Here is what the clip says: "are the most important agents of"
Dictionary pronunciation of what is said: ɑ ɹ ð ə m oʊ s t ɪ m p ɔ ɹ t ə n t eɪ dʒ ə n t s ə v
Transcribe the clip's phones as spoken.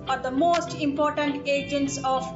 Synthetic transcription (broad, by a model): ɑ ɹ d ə m oʊ s t ɪ m p ɔ ɹ t ə n t eɪ dʒ ə n t s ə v